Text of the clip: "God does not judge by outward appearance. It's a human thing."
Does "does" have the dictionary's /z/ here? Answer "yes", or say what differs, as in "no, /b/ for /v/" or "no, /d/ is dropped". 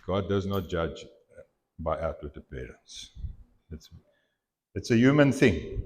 yes